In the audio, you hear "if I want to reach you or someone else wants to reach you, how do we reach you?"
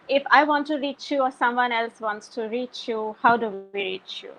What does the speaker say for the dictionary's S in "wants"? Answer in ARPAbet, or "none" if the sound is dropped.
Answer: S